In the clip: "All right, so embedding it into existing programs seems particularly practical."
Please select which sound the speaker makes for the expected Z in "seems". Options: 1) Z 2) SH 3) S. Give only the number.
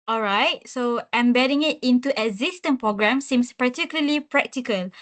3